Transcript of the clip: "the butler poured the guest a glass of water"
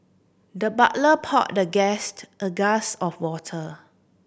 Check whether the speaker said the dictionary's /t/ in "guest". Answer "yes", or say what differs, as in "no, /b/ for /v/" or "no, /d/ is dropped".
yes